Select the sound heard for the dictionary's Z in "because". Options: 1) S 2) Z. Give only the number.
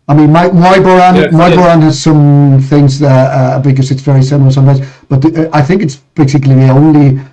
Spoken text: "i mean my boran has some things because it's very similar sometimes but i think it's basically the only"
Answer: 1